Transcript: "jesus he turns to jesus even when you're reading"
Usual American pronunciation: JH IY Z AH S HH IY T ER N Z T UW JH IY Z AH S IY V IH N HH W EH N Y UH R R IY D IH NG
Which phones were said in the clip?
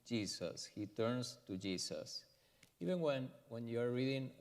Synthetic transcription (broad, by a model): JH IY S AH S HH IY T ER N S T UW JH IY S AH S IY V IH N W W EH N Y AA R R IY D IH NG